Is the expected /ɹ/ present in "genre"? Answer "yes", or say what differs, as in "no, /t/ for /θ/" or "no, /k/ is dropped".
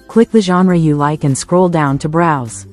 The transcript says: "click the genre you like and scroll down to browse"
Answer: yes